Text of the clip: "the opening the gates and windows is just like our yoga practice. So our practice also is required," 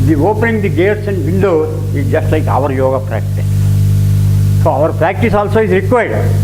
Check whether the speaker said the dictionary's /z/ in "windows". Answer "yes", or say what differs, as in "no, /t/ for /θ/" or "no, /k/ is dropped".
no, /z/ is dropped